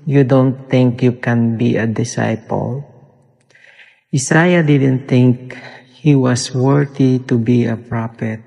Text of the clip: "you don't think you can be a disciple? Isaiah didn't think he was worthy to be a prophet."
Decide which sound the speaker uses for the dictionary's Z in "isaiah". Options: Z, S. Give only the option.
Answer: S